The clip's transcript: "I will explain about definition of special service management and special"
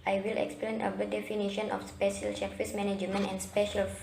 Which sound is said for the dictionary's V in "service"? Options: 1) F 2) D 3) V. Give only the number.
1